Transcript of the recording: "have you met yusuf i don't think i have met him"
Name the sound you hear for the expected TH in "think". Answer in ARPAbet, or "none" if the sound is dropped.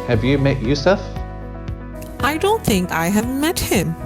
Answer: TH